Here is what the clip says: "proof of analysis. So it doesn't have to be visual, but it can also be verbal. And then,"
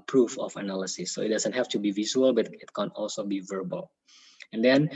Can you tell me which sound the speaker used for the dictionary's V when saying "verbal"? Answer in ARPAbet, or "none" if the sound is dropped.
V